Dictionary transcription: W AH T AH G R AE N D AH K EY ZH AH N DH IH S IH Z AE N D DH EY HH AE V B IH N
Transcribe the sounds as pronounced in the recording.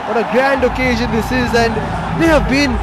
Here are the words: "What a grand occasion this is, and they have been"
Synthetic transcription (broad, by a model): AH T AH G R AE N D AH K EY ZH AH N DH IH S IH Z AE N D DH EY HH AE V B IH N